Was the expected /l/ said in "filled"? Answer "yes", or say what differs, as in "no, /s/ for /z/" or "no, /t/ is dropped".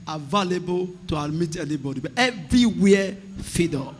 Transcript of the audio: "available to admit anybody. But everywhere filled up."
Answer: no, /l/ is dropped